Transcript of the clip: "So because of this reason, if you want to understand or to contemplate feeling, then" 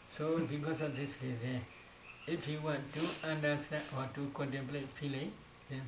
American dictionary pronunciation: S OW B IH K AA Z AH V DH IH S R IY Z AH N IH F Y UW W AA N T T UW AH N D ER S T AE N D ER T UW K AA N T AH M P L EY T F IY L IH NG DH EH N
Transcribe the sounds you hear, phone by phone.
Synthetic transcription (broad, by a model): S OW B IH K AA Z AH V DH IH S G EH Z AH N IH F Y UW W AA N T T UW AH N D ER S T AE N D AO T UW K AA N T AH M P L EY T F IY L IH NG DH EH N